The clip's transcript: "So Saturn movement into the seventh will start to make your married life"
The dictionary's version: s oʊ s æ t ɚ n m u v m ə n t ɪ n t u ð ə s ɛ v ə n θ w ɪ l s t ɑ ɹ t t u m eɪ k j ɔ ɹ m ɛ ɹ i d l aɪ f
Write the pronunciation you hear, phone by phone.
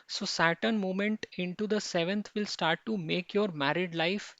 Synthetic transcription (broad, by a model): s oʊ s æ t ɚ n m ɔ m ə n t ɪ n t u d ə s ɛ v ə n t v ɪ l s t ɑ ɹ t t u m eɪ k j ɔ ɹ m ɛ ɹ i d l aɪ f